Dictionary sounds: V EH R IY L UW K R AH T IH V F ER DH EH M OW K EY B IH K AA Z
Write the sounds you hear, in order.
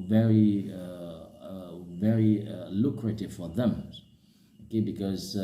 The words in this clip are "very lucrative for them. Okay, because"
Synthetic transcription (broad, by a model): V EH R IY L UW K R AH T IH V F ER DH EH M OW K EY B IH K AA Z